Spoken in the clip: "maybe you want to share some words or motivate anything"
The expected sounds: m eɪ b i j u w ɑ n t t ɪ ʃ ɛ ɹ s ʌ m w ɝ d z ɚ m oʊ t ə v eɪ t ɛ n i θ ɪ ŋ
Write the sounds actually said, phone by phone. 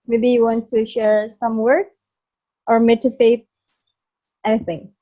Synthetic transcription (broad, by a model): m eɪ b i j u w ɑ n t t ɪ ʃ ɛ ɹ s ʌ m w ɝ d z ɚ m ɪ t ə f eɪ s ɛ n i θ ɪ ŋ